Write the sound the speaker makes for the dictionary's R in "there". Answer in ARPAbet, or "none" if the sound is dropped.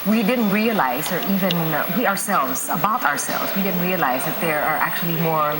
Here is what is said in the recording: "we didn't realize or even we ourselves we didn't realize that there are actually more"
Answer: R